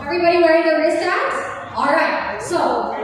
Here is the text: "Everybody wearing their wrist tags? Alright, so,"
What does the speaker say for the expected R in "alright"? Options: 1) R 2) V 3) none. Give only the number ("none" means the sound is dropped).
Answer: 1